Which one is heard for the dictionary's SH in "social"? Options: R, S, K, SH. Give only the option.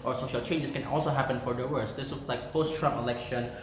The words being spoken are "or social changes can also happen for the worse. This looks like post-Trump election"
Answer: SH